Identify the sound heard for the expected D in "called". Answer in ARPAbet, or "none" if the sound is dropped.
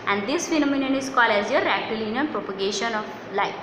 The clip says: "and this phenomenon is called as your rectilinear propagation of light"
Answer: none